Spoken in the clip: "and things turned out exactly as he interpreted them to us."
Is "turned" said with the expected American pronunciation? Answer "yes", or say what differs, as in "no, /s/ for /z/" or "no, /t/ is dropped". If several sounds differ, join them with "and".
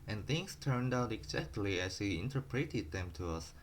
yes